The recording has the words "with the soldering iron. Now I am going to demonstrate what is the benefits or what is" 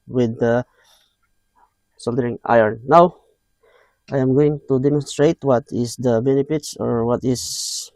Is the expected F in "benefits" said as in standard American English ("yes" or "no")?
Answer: no